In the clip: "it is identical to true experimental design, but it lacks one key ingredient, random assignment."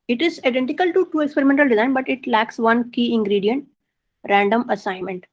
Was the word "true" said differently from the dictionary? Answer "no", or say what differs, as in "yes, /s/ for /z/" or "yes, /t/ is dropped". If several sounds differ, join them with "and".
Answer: yes, /ɹ/ is dropped